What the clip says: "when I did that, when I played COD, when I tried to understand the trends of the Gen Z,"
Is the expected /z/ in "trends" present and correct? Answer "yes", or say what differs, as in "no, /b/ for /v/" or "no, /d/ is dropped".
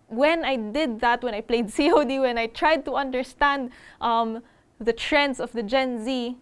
no, /s/ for /z/